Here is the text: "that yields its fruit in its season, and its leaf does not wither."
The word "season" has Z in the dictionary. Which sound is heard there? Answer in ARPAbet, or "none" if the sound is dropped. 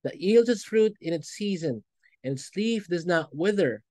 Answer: Z